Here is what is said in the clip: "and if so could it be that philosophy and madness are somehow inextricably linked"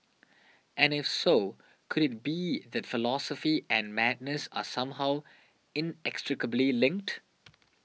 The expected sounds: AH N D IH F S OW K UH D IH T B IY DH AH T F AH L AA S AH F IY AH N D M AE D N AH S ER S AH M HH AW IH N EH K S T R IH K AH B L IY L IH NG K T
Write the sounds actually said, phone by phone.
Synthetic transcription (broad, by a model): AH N IH F S OW K UH D IH T B IY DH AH T F AH L AA S AH F IY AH N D M AE D N AH S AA S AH M HH AW IH N EH K S T R IH K AH B L IY L IH NG K T